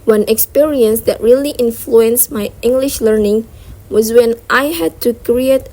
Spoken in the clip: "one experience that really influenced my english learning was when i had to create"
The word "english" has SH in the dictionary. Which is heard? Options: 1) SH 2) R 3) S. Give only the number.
1